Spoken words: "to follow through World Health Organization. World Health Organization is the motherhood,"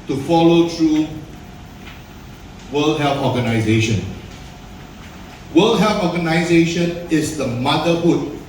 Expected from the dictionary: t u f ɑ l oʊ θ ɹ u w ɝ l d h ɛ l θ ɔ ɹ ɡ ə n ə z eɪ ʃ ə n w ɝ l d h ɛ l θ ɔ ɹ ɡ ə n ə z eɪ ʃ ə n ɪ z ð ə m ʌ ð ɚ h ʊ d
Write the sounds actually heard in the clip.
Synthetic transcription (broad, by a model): t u f ɑ l oʊ t ɹ u w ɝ l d h ɛ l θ ɔ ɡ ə n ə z eɪ ʃ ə n w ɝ l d h ɛ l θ ɔ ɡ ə n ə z eɪ ʃ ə n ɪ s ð ə m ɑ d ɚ h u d